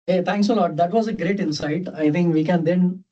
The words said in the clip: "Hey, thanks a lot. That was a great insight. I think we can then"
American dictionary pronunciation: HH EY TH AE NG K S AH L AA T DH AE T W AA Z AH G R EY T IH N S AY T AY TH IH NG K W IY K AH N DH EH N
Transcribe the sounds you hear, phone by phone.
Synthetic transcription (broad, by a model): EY T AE NG K S AH L AA T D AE T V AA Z AH G R EY T IH N S AY T AY T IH NG K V IY K AH N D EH N